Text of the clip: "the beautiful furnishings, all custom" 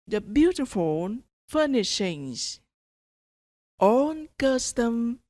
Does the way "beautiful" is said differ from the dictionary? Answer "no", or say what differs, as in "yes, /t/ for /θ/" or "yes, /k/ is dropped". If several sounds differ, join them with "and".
yes, /n/ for /l/